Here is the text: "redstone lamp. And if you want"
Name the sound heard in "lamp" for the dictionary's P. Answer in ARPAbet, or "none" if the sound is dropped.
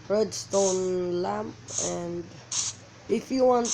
P